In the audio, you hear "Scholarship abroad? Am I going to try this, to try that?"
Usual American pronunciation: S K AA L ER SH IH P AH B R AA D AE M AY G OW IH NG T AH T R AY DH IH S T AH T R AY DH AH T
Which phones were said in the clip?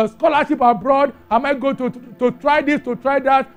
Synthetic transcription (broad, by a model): S K AA L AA SH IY P AH B R AA D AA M AY G OW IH T AH T R AY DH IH S T AH T R AY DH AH T